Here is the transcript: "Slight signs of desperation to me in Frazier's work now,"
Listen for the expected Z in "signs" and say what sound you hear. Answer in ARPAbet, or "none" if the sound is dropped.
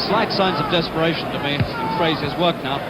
Z